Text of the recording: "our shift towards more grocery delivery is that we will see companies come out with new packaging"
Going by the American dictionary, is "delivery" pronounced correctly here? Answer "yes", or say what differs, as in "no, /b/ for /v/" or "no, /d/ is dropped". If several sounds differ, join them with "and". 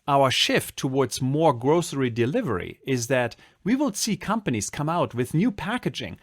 yes